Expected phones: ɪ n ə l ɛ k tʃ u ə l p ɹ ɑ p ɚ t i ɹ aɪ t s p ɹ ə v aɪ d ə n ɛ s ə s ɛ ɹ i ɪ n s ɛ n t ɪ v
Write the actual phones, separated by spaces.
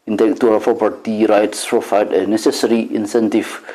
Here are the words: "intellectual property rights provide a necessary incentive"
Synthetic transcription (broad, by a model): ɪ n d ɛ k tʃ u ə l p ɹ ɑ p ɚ t i ɹ aɪ t s p ɹ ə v aɪ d ə n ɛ s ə s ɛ ɹ i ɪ n s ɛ n t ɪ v